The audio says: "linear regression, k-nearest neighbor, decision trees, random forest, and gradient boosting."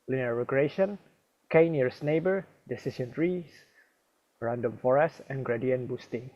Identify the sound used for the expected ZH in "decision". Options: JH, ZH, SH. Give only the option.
SH